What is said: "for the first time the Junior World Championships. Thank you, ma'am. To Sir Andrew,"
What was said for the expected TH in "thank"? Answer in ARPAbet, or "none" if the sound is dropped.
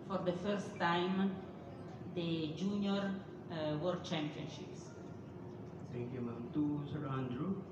T